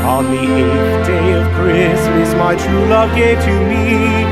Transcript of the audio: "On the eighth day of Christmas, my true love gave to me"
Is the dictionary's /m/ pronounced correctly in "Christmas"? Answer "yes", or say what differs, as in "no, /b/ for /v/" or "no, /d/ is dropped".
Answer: no, /m/ is dropped